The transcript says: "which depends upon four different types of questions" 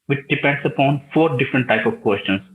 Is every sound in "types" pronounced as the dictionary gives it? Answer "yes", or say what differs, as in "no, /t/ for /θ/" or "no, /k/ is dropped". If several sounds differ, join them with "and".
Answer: no, /s/ is dropped